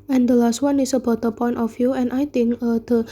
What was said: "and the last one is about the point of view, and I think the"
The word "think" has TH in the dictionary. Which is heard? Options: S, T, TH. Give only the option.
T